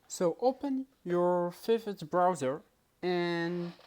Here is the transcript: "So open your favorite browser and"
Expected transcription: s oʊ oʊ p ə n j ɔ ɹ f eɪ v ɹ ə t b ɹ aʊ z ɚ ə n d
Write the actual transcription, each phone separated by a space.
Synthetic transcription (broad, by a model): s oʊ oʊ p ə n j ɔ ɹ f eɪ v ə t b ɹ aʊ z ɚ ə n